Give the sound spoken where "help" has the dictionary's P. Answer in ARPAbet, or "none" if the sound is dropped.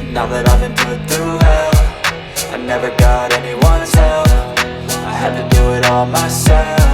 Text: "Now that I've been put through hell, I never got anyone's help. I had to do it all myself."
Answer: F